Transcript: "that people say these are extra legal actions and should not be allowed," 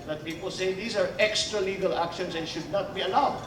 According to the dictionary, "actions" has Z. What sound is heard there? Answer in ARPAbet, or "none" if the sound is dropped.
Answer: S